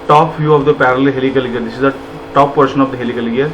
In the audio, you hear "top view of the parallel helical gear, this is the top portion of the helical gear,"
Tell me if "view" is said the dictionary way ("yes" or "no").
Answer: no